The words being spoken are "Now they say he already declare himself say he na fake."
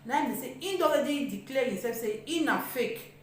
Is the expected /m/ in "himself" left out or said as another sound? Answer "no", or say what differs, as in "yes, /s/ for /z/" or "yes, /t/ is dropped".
yes, /m/ is dropped